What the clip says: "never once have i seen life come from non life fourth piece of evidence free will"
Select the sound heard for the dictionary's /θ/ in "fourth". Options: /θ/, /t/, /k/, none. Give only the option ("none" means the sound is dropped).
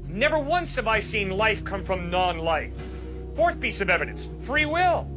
/θ/